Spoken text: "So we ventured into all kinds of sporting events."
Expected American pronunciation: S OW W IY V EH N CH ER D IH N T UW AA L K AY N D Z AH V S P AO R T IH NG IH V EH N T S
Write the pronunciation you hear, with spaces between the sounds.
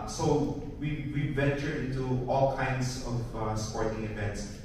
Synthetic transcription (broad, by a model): S OW W IY V EH N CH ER IH N T UW AA L K AY N D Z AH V S P AO R T IH NG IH V EH N T S